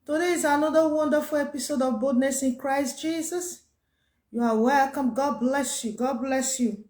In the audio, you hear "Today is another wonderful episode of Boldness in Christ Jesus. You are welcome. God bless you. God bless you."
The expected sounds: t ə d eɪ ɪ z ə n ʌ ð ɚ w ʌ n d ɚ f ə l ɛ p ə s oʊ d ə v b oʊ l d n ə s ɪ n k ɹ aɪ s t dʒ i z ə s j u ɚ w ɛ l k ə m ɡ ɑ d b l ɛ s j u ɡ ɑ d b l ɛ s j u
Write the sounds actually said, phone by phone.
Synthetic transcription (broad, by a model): t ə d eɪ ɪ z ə n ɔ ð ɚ w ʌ n d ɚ f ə l ɛ p ə s oʊ d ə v b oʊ d n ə s ɪ n k ɹ aɪ s t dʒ i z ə s j u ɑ w ɛ l k ə m ɡ ɑ d b l ɛ s j u ɡ ɑ d b l ɛ s j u